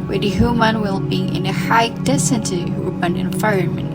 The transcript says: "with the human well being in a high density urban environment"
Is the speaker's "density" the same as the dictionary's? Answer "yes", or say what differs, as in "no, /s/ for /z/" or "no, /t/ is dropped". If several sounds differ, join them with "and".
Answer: no, /n/ is dropped